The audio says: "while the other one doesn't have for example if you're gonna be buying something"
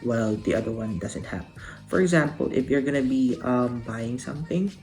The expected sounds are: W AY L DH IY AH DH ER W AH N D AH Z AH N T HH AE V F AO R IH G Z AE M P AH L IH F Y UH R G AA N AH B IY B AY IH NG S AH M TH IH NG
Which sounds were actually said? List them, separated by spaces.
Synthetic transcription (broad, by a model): W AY L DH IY AH DH ER W AH N D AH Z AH N T HH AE P F AO R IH G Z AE M P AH L IH F Y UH R G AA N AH B IY B AY IH NG S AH M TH IH NG